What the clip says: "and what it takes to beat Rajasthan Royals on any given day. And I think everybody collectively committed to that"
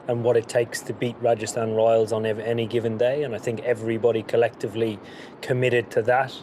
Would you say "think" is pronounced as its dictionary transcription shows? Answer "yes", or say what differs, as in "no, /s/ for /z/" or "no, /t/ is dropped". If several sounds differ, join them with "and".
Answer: yes